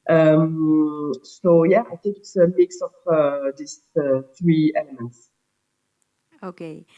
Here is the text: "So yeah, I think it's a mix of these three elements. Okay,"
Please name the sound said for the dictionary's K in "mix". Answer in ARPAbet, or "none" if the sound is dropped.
K